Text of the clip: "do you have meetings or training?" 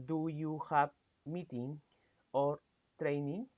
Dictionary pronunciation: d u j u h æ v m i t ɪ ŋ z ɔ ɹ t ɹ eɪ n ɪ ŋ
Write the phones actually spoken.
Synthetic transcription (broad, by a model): d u j u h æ p m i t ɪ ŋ ɔ ɹ t ɹ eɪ n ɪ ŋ